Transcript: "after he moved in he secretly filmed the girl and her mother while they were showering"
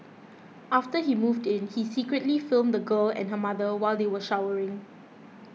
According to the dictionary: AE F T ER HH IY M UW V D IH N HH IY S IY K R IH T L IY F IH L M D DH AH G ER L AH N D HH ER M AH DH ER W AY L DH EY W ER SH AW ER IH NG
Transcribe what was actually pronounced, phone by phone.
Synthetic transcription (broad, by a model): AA F T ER HH IY M UW V D IH N HH IY S IY K R IH T L IY F IH L M D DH AH G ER L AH N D HH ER M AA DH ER W AY L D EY W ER SH AW ER IH NG